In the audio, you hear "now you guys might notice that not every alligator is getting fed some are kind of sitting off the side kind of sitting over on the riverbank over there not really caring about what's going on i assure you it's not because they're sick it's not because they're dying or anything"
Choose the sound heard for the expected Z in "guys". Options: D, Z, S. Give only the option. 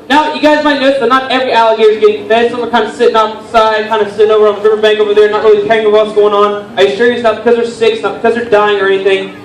Z